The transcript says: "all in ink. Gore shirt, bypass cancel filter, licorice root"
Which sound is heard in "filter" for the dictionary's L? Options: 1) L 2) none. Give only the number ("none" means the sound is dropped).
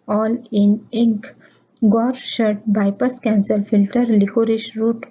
1